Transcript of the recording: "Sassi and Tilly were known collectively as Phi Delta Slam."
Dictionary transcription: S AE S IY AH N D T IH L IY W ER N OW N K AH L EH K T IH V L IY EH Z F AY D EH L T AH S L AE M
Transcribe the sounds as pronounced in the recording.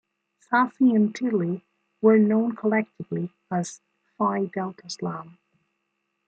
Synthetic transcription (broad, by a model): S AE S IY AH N T IH L IY W ER N OW N K AH L EH K T IH V L IY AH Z F AY D EH L T AH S L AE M